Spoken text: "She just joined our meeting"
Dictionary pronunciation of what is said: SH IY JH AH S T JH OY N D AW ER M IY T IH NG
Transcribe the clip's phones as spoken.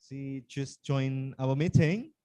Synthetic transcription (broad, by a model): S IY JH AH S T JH OY N AW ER M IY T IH NG